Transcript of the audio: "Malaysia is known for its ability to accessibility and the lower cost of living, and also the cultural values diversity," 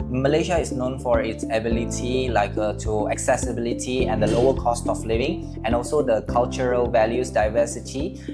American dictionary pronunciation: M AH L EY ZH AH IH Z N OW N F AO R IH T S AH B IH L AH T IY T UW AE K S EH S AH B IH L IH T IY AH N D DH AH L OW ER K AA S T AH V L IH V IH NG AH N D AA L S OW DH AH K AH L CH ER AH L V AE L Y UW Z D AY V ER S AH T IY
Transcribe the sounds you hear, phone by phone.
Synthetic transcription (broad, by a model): M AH L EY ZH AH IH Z N OW N F AO R IH T S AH B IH L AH T IY T UW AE K S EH S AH B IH L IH T IY AH N D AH L OW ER K AA S T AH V L IH V IH NG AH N AA L S OW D AH K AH L CH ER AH L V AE L Y UW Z D AY V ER S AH T IY